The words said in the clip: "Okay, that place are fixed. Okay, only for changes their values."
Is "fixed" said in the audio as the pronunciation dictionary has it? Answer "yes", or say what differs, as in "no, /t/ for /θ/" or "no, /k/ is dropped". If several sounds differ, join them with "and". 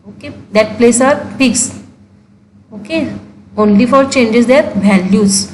no, /t/ is dropped